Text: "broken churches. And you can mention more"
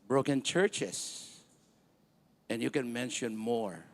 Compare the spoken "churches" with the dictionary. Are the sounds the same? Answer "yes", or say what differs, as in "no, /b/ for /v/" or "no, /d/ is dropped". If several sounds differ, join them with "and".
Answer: no, /s/ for /z/